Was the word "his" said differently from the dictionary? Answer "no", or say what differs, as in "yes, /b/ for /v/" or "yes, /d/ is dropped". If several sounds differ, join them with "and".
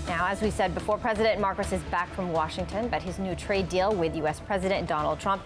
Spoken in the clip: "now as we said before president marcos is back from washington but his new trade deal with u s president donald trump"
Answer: no